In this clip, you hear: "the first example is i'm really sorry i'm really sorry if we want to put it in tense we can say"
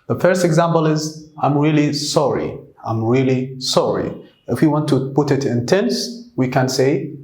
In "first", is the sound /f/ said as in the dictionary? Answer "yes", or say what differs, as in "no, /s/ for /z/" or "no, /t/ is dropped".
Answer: yes